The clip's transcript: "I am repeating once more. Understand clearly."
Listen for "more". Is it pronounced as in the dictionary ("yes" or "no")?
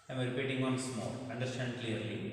no